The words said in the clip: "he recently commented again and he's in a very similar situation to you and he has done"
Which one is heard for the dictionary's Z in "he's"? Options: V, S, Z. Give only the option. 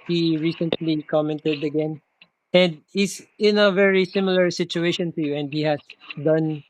S